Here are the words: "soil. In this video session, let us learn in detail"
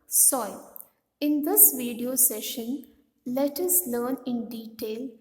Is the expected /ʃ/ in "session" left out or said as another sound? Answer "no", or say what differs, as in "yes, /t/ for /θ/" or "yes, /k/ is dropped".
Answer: no